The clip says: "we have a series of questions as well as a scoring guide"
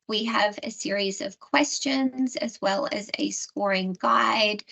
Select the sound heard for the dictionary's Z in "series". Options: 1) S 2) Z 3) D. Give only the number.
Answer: 2